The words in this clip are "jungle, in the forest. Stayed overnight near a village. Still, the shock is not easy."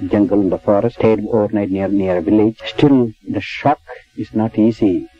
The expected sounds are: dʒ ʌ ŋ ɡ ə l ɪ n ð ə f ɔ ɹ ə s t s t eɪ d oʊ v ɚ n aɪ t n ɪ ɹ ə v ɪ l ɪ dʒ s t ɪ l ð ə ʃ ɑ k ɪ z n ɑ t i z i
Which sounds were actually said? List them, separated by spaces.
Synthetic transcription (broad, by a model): dʒ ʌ ŋ ɡ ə l ɪ n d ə f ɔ ɹ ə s s t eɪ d oʊ v ɚ n aɪ t n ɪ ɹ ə v ɪ l ɪ dʒ s t ɪ l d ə ʃ ɑ k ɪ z n ɑ t i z i